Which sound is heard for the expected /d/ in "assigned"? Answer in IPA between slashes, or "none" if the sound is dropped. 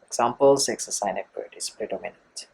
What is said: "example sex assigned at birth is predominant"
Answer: none